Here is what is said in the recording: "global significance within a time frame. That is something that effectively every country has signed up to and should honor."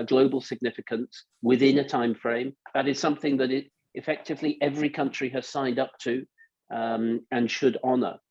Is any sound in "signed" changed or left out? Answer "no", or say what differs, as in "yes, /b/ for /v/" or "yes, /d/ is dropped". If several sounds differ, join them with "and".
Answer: no